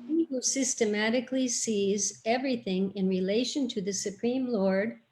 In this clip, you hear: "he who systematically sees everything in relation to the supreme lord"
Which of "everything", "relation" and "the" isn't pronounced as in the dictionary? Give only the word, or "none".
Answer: none